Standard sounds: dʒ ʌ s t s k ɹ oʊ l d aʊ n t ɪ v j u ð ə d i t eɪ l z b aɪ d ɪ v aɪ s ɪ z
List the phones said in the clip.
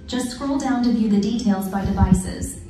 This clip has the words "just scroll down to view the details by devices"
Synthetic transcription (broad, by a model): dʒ ʌ s t s k ɹ oʊ l d aʊ n t ɪ v j u ð ə d i t eɪ l z b aɪ d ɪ v aɪ s ɪ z